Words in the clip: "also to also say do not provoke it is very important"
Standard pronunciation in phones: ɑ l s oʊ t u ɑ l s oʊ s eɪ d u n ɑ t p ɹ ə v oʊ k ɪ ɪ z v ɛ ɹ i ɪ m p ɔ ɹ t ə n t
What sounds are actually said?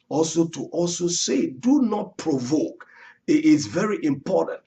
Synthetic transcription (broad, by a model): ɑ l s oʊ t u ɑ l s oʊ s eɪ d u n ɑ t p ɹ ə v oʊ k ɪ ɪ s v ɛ ɹ i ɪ m p ɔ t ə n t